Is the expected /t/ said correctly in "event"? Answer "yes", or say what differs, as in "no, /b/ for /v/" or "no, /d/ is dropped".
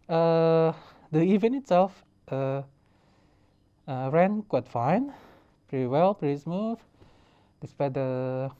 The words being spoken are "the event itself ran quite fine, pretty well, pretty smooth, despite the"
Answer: no, /t/ is dropped